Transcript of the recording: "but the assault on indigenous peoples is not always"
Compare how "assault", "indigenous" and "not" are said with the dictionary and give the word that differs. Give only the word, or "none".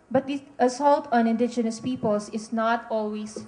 none